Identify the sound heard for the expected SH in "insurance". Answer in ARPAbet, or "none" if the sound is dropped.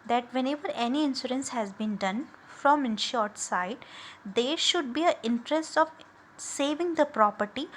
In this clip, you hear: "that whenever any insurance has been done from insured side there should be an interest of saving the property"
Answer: S